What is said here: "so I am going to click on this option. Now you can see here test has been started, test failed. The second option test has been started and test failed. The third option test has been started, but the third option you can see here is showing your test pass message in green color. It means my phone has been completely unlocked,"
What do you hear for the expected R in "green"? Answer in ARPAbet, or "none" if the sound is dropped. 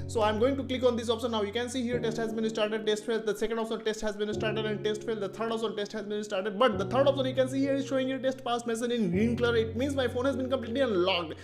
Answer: none